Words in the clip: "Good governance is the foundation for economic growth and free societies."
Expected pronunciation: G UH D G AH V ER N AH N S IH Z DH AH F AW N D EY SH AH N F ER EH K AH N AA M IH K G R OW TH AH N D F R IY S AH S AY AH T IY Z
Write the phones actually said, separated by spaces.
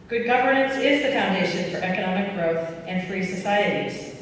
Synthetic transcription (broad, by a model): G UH D G AH V ER N AH N S IH Z DH AH F AW N D EY SH AH N F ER EH K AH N AA M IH K G R OW TH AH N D F R IY S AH S AY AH T IY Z